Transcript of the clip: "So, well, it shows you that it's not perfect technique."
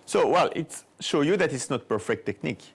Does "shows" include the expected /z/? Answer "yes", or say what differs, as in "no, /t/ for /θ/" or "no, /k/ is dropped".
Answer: no, /z/ is dropped